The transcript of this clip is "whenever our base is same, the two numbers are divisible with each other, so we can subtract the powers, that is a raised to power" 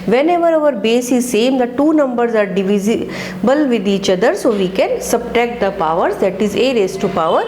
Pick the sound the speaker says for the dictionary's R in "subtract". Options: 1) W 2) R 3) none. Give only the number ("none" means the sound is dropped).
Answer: 3